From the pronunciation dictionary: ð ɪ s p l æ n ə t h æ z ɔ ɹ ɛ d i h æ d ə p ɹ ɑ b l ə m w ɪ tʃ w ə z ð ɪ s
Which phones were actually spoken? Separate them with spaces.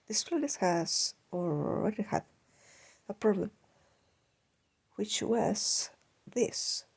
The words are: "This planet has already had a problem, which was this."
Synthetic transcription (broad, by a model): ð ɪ s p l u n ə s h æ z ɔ l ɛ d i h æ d ə p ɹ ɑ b l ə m w ɪ tʃ w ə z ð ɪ s